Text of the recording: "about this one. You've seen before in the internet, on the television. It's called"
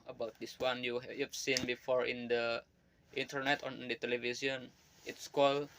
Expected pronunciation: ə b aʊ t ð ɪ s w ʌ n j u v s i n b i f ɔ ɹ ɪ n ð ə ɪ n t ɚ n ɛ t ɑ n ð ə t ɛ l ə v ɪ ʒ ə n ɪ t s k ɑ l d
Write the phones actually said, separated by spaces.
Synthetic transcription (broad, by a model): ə b aʊ t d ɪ s w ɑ n j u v s i n b i f ɔ ɹ ɪ n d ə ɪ n t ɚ n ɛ t ɑ n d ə t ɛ l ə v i s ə n ɪ t s k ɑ l